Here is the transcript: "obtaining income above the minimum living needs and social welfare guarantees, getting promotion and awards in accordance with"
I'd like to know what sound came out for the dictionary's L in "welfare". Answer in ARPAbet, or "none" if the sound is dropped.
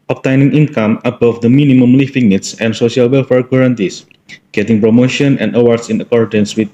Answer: L